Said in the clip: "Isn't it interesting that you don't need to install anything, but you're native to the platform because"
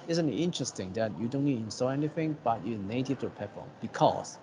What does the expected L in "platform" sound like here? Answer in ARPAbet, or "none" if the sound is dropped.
none